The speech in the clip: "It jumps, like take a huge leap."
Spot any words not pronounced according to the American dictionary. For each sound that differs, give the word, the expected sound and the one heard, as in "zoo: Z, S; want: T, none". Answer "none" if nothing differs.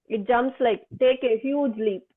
none